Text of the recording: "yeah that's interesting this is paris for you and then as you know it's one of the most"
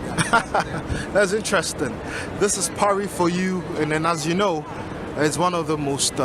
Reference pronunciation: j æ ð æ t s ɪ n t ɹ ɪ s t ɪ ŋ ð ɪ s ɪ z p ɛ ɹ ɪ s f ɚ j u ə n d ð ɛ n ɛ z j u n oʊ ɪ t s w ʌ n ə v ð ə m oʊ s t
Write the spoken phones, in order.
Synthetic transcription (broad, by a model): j ð æ t s ɪ n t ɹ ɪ s t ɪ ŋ ð ɪ s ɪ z p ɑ ɹ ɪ f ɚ j u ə n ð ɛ n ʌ z j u n oʊ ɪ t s w ʌ n ə v ð ə m oʊ s t